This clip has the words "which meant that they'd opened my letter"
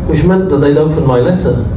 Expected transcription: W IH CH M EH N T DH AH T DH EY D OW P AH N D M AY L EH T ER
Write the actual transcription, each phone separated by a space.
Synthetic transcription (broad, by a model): W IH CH M EH N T DH AH T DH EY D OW F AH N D M AY L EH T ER